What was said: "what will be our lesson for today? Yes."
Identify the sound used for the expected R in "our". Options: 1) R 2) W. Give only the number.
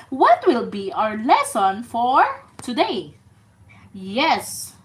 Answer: 1